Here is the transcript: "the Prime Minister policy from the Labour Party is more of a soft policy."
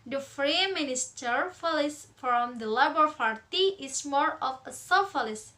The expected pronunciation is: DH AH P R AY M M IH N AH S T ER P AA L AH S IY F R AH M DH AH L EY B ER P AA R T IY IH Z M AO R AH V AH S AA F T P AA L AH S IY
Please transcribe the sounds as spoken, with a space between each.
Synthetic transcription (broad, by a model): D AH F R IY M M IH N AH S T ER F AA L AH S F R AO M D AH L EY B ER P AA R T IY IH S M AO R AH F AH S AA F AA L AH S